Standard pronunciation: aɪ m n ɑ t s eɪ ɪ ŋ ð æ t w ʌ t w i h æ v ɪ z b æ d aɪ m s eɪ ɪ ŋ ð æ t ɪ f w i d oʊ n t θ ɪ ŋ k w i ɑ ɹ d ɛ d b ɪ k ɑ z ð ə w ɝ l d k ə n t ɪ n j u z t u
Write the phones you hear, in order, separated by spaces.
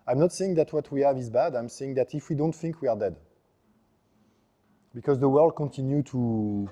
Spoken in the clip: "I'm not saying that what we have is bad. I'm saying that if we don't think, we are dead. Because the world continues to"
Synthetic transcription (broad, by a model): aɪ m n ɑ t s eɪ ɪ ŋ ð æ t w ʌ t w i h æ v ɪ z b æ d aɪ m s eɪ ɪ ŋ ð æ t ɪ f w i d oʊ n t θ ɪ ŋ k w i ɑ ɹ d ɛ d b ɪ k ɑ z ð ə w ɝ l d k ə n t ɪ n j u t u